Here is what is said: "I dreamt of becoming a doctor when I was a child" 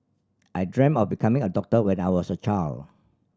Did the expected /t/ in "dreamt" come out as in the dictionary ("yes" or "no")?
no